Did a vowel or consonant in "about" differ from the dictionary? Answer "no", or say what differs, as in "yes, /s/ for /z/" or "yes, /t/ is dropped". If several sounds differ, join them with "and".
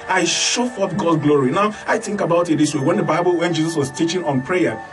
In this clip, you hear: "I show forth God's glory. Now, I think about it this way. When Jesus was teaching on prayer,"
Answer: no